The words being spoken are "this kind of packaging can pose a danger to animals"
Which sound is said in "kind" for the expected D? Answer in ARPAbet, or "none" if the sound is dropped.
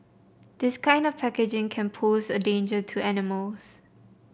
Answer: D